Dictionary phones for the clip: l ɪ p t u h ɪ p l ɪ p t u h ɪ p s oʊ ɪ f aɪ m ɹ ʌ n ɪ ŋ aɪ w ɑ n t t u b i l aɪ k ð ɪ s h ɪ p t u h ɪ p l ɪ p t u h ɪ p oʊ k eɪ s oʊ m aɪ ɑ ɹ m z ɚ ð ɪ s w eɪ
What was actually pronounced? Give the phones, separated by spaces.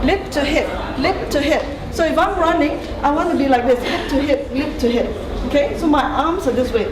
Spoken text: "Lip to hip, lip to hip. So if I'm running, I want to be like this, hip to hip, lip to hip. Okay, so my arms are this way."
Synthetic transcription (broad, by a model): l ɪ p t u h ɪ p l ɪ p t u h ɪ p s oʊ ɪ f aɪ m ɹ ʌ n ɪ ŋ aɪ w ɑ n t t u b i l aɪ k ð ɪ s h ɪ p t u h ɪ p l ɪ p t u h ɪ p oʊ k eɪ s oʊ m aɪ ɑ m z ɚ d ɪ s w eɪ